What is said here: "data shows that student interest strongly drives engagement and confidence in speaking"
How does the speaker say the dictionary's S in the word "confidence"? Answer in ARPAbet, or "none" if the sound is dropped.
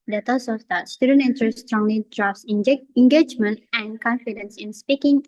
S